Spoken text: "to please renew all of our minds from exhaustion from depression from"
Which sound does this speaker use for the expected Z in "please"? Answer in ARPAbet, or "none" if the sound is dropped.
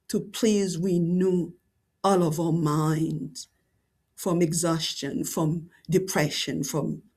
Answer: Z